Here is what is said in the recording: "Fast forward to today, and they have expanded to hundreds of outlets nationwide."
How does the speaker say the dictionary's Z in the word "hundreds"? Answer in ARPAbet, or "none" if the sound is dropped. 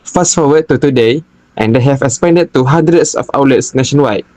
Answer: S